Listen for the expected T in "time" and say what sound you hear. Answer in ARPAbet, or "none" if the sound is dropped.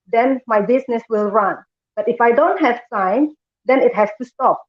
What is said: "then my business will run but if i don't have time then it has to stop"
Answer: S